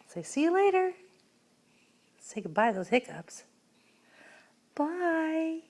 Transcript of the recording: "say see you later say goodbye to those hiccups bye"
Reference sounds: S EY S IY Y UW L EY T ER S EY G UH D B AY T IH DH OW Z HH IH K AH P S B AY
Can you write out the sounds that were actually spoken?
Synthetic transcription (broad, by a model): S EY S IY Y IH L EY T ER S EY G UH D B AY IH DH OW Z HH IH K AH P S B AY